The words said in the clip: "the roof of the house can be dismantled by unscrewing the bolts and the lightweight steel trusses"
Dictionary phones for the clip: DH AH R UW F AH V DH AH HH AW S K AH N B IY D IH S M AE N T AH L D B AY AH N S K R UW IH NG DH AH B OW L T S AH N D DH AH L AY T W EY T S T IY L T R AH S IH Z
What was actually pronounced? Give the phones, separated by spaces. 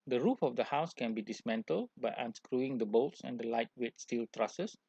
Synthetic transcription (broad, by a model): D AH R UW F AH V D AH HH AW S K AH N B IY D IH S M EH N T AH L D B AY AH N S K R UW IH NG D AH B OW L T S AH N D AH L AY T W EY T S T IY L T R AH S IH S